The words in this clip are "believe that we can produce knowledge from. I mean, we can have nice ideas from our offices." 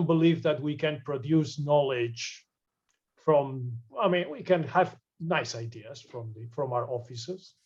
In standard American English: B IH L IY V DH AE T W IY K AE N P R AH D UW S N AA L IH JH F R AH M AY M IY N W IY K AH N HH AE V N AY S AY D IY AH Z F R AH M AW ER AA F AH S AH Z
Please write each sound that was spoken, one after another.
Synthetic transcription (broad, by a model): B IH L IY V DH AE T W IY K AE N P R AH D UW S N AA L IH JH F R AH M AY M IY N W IY K AH N HH AE V N AY S AY D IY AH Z F R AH M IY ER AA F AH S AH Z